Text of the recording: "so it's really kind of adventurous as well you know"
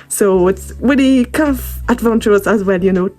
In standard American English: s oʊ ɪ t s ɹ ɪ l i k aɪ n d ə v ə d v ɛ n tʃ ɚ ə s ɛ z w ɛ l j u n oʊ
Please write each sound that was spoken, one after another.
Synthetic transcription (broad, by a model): s oʊ ɪ t s w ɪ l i k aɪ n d ə v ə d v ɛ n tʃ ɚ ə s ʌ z w ɛ l j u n oʊ